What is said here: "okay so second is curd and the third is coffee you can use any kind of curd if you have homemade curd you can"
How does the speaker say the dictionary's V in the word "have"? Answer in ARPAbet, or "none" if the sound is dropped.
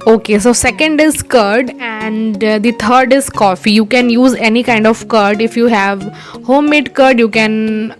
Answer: V